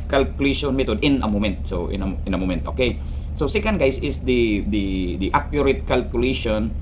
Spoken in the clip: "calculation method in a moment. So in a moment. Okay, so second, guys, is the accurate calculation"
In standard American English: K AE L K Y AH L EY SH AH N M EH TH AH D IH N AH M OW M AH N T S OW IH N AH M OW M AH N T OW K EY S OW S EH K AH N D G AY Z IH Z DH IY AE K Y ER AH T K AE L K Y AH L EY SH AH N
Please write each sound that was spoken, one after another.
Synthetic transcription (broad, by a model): K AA L K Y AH L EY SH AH N M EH T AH D IH N AH M OW M AH N T S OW IH N AH M OW M AH N T OW K EY S OW S EH K AH N D G AY S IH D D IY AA K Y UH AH T K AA L K Y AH L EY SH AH N